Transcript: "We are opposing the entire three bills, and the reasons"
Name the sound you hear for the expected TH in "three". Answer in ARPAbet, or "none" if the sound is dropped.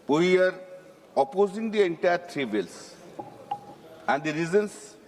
T